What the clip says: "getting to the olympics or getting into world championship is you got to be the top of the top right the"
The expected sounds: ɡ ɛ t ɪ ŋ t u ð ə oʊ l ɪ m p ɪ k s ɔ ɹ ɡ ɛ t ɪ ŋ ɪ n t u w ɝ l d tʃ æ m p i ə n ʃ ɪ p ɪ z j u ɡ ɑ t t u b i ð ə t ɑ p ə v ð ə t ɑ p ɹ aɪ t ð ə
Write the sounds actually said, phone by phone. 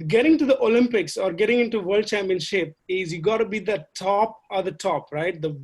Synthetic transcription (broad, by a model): ɡ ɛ t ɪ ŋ t u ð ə oʊ l ɪ m p ɪ k s ɔ ɹ ɡ ɛ t ɪ ŋ ɪ n t u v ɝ l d tʃ æ m p i ə n ʃ ɪ p ɪ z j u ɡ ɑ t t u b i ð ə t ɑ p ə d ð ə t ɑ p ɹ aɪ t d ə